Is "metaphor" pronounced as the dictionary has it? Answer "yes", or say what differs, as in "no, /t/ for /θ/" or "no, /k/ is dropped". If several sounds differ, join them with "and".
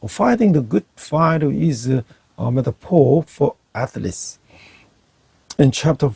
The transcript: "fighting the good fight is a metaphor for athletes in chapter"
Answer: no, /p/ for /f/ and /l/ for /ɹ/